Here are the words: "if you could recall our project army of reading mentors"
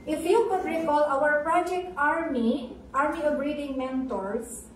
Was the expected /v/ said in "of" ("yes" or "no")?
no